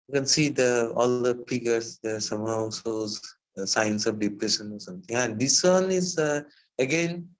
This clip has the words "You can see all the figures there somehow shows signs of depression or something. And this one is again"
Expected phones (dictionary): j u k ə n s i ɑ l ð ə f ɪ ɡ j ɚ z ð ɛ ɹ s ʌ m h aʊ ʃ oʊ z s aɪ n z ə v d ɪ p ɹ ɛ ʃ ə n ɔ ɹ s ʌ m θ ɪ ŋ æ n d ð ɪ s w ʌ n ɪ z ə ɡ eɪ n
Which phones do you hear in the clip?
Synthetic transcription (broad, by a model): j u k ə n s i ɑ l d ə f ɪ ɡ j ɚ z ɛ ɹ s ʌ m h aʊ s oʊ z s aɪ n s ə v d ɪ p ɹ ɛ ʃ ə n ɔ ɹ s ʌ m t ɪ ŋ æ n d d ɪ s w ʌ n ɪ z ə ɡ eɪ n